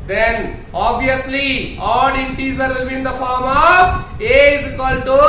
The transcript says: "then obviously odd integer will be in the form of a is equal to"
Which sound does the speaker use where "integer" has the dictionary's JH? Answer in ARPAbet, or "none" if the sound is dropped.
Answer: Z